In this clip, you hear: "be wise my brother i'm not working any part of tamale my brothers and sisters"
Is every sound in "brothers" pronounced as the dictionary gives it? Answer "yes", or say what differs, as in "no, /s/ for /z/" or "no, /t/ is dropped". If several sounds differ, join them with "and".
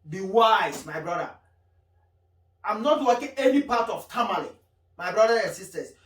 no, /z/ is dropped